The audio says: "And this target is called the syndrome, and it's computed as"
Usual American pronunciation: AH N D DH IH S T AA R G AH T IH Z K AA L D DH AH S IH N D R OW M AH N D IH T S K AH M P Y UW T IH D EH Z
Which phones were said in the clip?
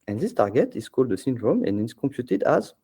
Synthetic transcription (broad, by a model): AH N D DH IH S T AA R G AH T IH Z K AA L D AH S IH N D R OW M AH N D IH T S K AH M P Y UW T IH D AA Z